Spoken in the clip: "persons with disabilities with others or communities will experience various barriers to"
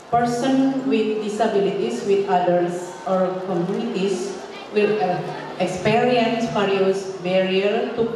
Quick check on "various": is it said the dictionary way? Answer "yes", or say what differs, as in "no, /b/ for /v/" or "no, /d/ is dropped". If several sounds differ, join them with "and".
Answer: no, /f/ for /v/